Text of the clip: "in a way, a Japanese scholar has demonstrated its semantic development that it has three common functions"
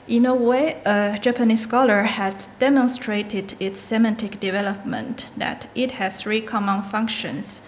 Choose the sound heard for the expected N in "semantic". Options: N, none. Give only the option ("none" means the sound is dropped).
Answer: N